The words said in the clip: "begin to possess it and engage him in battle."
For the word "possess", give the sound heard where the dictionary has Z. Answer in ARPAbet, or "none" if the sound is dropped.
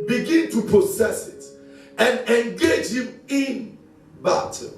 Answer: S